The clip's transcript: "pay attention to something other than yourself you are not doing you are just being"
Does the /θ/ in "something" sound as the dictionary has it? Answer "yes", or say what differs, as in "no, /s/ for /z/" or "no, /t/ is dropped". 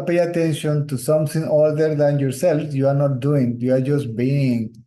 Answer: no, /t/ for /θ/